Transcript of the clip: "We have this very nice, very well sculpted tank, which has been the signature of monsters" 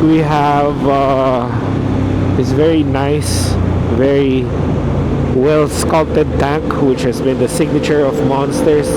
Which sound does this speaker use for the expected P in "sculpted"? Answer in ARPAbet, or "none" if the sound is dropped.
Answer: none